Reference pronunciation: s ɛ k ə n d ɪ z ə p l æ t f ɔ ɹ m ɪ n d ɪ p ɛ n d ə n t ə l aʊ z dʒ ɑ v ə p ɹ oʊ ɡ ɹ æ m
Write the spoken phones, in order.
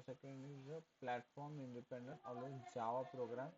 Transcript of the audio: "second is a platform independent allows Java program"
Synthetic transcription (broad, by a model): s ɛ k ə n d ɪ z ə p l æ t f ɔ ɹ m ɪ n d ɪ p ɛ n d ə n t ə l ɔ dʒ ɑ v ə p ɹ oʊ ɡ ɹ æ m